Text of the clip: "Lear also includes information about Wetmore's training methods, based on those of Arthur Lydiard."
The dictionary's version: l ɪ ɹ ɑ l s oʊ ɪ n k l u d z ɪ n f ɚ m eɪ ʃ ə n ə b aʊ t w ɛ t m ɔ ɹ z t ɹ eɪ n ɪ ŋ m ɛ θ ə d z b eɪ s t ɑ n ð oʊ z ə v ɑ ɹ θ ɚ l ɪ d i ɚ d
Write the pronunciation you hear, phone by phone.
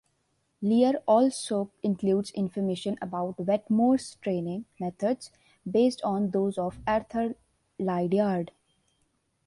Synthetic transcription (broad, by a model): l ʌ ɹ ɑ l s oʊ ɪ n k l u d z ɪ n f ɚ m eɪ ʃ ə n ə b aʊ t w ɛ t m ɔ ɹ s t ɹ eɪ n ɪ ŋ m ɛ t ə d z b eɪ s t ɑ n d oʊ z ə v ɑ ɹ t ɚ l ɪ d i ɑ d